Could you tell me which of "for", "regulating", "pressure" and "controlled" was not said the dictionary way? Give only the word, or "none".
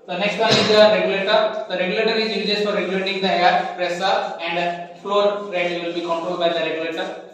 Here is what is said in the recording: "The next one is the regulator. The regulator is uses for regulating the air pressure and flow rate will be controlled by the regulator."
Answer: pressure